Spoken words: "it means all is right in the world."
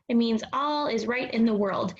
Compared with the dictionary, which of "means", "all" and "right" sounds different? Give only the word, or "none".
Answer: none